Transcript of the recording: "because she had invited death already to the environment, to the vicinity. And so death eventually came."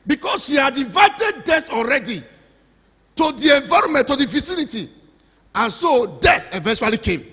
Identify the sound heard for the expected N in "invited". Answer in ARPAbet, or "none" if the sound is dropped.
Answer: none